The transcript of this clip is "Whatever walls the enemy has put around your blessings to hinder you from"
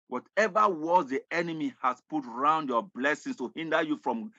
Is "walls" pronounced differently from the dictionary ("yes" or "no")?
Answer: yes